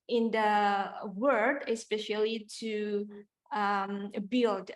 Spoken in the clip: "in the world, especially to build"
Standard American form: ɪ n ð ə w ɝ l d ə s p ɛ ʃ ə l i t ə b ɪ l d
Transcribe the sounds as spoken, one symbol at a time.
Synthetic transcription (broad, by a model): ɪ n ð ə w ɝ d ə s p ɛ ʃ ə l i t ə b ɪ l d